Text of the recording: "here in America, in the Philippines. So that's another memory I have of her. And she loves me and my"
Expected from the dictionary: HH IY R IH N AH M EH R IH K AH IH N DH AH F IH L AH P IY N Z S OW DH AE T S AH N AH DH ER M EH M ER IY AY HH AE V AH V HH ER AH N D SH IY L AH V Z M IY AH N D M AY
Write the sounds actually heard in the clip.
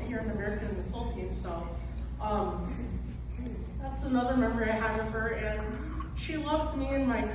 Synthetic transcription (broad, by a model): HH IY R IH N AH M EH R IH K AH IH N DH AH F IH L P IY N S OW DH AE T S AH N AH DH ER M EH M ER IY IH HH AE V AH V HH ER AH N SH IY L AH V Z M IY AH N M AY